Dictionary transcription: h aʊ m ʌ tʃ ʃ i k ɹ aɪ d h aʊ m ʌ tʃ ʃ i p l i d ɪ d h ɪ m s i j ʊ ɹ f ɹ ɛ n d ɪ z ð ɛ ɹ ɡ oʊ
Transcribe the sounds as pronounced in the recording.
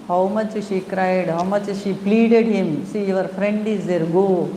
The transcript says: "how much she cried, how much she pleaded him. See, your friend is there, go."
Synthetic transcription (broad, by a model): h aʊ m ʌ tʃ ʃ i k ɹ aɪ d h aʊ m ʌ tʃ ʃ i p l i d ɪ d h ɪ m s i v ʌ ɹ f ɹ ɛ n d ɪ z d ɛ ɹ ɡ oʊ